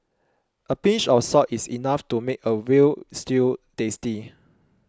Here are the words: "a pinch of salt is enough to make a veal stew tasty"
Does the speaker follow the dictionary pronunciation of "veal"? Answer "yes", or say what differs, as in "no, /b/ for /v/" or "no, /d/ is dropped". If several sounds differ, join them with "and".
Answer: no, /w/ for /v/